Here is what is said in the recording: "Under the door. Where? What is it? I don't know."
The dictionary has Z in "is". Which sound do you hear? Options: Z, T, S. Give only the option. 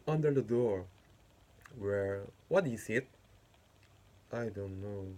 S